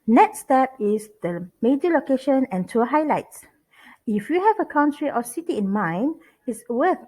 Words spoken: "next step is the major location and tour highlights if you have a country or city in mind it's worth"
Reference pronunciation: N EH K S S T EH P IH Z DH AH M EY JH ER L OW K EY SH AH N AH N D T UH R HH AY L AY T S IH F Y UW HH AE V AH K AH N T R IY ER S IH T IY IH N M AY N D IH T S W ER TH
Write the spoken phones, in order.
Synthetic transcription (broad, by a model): N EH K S S T EH P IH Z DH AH M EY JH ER L OW K EY SH AH N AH N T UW HH AY L AY T S IH F Y UW HH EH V AH K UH N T R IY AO S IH T IY IH N M AY N IH T S W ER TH